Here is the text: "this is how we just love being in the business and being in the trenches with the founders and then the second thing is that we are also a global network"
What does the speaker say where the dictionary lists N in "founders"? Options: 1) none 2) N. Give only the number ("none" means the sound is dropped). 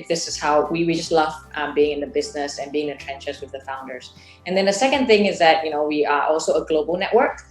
2